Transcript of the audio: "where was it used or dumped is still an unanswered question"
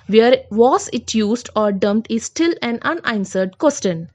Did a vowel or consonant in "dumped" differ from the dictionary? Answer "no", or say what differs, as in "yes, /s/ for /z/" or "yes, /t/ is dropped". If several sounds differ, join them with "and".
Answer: yes, /p/ is dropped